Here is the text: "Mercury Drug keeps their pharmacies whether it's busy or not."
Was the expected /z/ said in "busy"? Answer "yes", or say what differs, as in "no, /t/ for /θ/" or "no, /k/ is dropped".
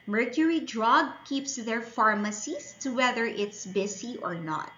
no, /s/ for /z/